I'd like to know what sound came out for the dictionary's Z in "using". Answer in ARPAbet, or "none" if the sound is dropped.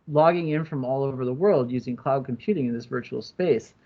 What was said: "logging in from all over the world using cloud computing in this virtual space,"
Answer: Z